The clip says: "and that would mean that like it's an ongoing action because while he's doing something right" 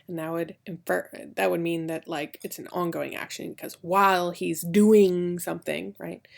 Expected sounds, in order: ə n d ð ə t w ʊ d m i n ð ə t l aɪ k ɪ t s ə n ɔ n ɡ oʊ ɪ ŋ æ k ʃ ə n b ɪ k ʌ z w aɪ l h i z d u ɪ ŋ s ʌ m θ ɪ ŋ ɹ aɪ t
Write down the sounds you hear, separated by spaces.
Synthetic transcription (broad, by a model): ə n d ð ə t w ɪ d m i n ð ə t l aɪ k ɪ t s n ɔ n ɡ oʊ ɪ ŋ æ k ʃ ə n k ʌ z w aɪ l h i z d u ɪ ŋ s ʌ m θ ɪ ŋ ɹ aɪ t